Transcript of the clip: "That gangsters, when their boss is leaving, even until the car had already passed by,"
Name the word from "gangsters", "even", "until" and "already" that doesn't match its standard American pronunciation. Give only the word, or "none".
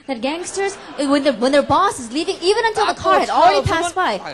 none